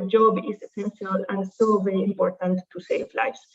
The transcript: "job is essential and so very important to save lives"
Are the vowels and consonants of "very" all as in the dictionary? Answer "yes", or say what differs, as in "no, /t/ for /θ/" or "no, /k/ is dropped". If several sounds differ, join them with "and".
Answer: yes